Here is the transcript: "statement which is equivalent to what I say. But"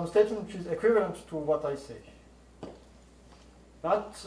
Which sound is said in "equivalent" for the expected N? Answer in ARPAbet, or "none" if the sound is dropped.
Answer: N